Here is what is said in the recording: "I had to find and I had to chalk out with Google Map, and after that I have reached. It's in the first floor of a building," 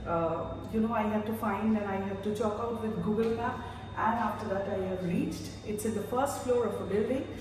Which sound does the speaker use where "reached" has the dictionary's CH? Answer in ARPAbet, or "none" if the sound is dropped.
CH